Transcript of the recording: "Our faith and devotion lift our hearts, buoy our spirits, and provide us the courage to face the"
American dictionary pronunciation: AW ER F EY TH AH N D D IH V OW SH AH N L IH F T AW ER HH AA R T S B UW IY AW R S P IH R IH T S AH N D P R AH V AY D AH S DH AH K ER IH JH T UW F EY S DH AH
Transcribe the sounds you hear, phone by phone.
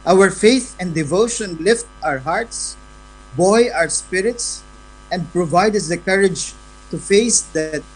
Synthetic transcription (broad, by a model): AW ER F EY TH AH N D D IH V OW SH AH N L IH F T AW ER HH AA R T S B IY AW R S P IH R IH T S AH N D P R AH V AY D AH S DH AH K ER IH JH T UW F EY S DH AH